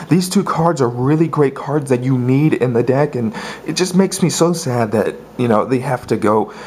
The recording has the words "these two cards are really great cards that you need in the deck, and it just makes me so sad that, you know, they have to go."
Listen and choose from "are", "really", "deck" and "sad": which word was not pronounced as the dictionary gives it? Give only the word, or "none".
none